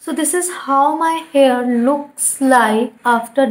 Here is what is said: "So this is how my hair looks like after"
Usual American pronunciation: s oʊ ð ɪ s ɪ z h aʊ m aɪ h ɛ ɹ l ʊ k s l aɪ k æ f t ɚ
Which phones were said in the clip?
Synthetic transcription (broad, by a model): s oʊ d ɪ s ɪ z h aʊ m aɪ h ɛ ɹ l ʊ k s l aɪ æ f t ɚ